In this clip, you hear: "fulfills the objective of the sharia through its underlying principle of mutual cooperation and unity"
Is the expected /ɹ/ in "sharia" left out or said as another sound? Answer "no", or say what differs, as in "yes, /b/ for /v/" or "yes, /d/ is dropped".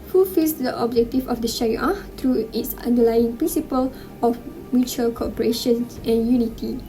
yes, /ɹ/ is dropped